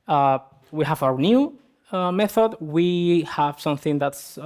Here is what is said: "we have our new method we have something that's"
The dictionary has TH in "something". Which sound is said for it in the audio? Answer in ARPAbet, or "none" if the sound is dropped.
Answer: TH